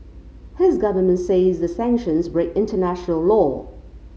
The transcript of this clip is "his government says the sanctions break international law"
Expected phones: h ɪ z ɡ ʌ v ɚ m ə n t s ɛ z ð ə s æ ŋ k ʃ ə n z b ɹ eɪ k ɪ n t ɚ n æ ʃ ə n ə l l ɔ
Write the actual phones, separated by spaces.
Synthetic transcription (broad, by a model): h ɪ z ɡ ʌ v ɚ m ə n t s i z ð ə s æ ŋ k ʃ ə n z b ɹ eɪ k ɪ n t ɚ n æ ʃ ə n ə l l ɔ